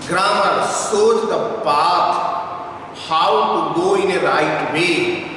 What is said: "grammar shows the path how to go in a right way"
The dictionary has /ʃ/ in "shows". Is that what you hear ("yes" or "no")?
no